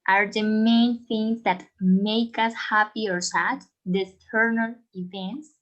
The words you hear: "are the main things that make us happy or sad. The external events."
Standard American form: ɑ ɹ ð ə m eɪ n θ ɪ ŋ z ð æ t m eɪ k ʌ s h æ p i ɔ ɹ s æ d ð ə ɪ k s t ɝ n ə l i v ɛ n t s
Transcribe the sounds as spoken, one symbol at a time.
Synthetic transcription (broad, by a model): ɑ ɹ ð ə m eɪ n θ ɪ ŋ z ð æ t m eɪ k ʌ s h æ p i ɔ ɹ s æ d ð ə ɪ s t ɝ n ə l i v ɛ n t s